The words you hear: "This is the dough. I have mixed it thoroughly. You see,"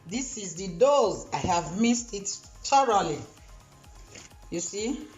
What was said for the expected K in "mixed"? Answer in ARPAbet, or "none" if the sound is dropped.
none